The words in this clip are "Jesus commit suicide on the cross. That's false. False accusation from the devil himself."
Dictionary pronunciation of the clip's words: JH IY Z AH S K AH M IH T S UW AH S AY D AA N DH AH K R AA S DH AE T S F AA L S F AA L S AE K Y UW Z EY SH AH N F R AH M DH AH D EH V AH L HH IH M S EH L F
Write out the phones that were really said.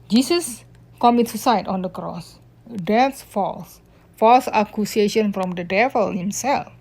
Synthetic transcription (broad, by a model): JH IY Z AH S K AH M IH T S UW S AY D AA N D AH K R AA S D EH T S F AA L S F AA L S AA K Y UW S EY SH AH N F R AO M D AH D EH V AH L HH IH M S EH L F